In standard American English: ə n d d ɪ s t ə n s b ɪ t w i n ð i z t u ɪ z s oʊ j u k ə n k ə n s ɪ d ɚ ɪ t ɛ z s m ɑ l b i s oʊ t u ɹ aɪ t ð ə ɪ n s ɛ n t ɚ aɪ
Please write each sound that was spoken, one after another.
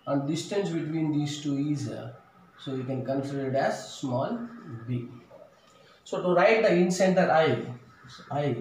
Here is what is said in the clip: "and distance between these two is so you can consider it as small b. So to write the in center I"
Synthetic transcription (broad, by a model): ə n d d ɪ s t ə n s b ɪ t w i n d i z t u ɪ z s oʊ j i k ə n k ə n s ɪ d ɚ ɪ t ɛ z s m ɑ l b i s oʊ t u ɹ aɪ t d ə ɪ n s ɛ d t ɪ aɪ